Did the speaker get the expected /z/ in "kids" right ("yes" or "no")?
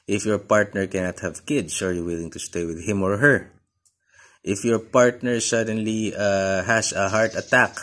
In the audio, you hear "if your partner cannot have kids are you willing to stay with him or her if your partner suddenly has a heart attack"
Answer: no